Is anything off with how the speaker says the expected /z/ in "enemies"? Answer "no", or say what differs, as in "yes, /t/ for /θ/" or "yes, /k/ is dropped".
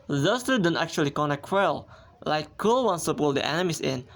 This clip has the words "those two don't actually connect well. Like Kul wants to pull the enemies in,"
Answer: yes, /s/ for /z/